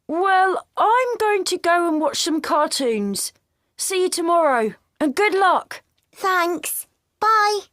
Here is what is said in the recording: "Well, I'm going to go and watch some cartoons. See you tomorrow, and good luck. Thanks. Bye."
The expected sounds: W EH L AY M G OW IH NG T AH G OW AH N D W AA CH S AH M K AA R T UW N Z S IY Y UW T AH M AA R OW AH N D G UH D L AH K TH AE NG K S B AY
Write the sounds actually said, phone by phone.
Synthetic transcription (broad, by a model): W EH L AY M G OW IH NG T AH G OW AH N W AA CH S AH M K AA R T UW N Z S IY Y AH T AH M AA R OW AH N G UH D L AH K TH AE NG K S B AY